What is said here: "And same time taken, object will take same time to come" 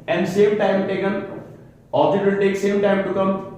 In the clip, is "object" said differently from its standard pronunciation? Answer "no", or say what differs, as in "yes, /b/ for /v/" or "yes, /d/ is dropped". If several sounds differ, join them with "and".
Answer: yes, /k/ is dropped